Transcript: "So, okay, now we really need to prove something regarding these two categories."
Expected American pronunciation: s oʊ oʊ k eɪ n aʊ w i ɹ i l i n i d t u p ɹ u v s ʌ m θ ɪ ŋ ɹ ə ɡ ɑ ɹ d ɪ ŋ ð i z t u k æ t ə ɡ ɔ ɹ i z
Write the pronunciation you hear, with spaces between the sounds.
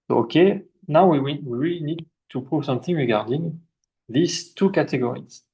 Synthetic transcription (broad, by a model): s oʊ oʊ k eɪ n aʊ w i w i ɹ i n i d t u p ɹ u v s ʌ m θ ɪ ŋ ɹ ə ɡ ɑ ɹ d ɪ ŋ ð i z t u k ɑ t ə ɡ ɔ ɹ i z